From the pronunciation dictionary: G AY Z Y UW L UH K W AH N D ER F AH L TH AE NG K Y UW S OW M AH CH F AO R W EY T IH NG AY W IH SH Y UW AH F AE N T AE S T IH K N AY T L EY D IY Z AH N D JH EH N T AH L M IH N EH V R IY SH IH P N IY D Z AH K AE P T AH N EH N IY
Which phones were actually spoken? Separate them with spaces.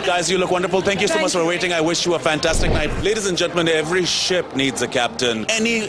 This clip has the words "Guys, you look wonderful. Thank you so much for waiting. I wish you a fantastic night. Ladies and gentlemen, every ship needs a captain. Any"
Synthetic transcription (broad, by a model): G AY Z Y UW L UH K W AH N D ER F AH L T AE NG K Y UW S OW M AH CH F AO R W EY T IH NG AY W IH SH Y UW AH F AE N T AE S T IH K N AY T L EY D IY Z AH N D JH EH N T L M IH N EH V R IY SH IH P N IY D Z AH K AE P T AH N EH N IY